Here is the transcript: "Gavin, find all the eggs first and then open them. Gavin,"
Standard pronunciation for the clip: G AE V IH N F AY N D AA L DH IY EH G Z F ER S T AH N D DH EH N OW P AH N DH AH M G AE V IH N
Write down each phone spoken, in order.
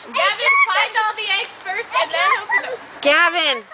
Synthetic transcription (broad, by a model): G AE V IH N F AY N D AA L DH IY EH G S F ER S AH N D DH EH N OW AH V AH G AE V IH N